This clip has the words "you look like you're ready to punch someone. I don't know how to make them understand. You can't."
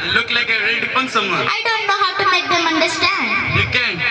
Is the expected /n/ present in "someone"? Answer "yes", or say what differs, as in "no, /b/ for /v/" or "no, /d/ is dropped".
no, /n/ is dropped